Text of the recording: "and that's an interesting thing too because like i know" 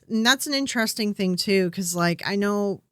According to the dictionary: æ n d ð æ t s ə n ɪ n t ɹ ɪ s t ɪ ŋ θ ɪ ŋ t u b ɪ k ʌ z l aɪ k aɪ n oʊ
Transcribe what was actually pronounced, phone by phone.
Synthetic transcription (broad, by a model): n ð æ t s n ɪ n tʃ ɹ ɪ s t ɪ ŋ θ ɪ ŋ t u k ʌ z l aɪ k aɪ n oʊ